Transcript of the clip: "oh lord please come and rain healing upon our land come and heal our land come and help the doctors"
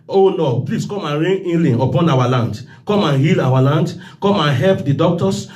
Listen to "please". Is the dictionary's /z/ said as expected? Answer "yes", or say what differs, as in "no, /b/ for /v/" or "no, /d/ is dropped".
no, /s/ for /z/